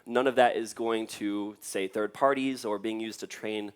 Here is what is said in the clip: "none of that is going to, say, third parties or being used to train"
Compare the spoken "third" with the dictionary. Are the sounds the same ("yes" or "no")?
yes